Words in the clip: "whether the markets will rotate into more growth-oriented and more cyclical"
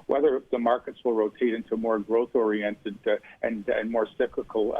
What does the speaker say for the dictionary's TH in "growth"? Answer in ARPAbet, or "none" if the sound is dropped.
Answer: TH